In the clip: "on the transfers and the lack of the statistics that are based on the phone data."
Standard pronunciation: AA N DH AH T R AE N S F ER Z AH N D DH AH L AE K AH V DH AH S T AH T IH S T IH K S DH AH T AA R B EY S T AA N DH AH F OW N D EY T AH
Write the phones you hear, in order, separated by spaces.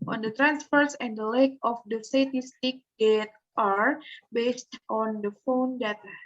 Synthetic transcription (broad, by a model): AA N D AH T R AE N S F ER S AH N D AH L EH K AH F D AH S T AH T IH S T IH K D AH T AA R B EY S T AA N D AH F OW N D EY T